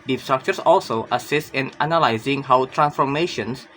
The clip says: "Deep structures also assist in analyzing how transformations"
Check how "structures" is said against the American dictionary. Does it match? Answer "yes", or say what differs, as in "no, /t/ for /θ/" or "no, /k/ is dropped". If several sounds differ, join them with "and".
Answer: no, /s/ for /z/